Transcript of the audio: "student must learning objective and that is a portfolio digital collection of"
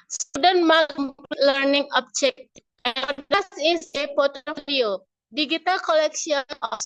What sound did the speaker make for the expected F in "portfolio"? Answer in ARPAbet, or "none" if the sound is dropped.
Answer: none